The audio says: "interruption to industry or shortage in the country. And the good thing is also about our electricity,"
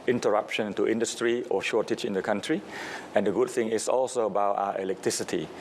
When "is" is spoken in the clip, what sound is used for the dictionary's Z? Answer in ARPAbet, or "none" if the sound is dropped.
S